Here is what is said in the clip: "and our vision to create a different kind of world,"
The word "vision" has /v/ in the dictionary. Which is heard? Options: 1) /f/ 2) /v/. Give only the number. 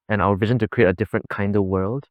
2